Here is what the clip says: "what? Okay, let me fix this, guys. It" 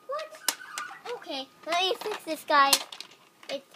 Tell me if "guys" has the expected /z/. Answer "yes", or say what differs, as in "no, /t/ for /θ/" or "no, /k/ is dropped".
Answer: no, /z/ is dropped